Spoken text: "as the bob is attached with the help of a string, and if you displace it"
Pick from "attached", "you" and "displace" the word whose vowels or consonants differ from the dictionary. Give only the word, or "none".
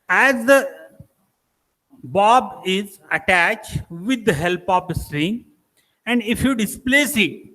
none